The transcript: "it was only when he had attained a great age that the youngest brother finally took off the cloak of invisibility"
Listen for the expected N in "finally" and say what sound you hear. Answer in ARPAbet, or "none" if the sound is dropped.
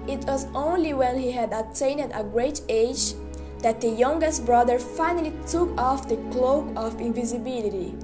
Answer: N